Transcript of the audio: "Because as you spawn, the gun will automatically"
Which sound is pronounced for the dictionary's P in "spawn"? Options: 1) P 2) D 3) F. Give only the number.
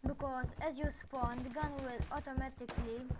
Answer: 1